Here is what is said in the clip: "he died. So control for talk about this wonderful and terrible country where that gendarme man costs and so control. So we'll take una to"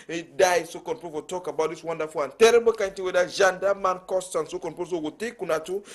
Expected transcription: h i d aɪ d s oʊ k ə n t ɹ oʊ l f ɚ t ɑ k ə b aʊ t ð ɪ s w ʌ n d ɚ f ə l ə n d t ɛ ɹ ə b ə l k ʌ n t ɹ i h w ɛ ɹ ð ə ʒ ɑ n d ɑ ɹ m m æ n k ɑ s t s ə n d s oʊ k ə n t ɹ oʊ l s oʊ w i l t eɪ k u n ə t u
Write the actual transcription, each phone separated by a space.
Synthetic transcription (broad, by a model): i d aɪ s oʊ k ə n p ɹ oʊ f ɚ t ɑ k ə b aʊ t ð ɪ s w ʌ n d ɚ f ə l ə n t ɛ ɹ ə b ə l k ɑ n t i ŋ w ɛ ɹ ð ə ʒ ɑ n d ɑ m m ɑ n k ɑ s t ə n s oʊ k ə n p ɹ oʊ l s oʊ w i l t eɪ k u n ə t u